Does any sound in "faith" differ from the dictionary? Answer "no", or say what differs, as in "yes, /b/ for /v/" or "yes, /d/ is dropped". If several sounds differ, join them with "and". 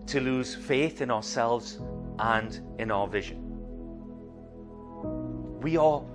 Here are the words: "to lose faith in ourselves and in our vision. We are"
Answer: no